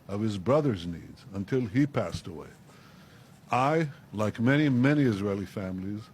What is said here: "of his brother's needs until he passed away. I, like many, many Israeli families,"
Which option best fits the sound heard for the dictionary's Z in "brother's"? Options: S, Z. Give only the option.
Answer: Z